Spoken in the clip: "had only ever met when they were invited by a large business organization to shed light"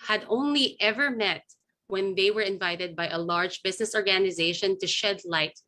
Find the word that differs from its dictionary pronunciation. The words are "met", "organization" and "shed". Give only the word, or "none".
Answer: none